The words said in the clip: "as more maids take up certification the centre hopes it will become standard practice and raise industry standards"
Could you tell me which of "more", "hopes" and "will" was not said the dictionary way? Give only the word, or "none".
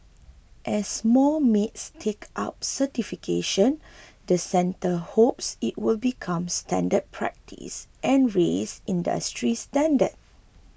more